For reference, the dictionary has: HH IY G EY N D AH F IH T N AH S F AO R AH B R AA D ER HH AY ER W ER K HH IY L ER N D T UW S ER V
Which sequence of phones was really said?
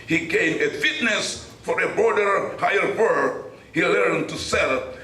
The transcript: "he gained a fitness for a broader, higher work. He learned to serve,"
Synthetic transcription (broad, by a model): HH IY G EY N AH F IH T N AH S F AO R AH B R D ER HH AY ER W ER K HH IY L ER N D T UW S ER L